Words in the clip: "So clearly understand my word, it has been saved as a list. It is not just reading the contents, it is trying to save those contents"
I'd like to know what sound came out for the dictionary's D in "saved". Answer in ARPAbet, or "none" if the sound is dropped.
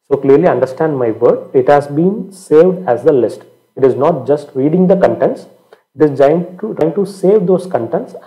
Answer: D